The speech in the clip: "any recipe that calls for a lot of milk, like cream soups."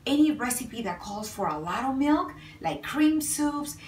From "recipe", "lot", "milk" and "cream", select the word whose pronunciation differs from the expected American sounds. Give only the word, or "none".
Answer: none